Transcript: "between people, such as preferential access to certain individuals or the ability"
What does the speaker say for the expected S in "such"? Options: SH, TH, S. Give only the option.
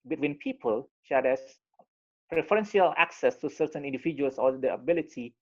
SH